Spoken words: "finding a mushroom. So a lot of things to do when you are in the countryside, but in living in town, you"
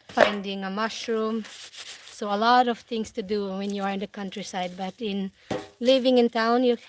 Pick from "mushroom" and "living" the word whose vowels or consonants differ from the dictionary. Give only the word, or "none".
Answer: none